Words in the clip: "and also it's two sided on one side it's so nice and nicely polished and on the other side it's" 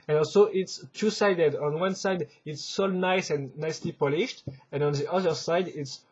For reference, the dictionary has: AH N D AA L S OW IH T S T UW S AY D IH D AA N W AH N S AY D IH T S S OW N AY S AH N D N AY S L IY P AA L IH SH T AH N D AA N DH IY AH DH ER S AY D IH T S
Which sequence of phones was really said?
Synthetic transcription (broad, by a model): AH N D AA L S OW IH T S T UW S AY D IH D AA N W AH N S AY D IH T S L N AY S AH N N AY S L IY P AA L IH SH T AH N AA N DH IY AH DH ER S AY D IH T S